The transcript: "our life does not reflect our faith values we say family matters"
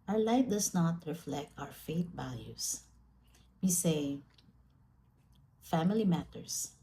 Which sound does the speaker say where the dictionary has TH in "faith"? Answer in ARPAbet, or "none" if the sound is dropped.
T